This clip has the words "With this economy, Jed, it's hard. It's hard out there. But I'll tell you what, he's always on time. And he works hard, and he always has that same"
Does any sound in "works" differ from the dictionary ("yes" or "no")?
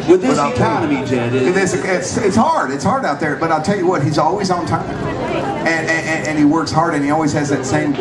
no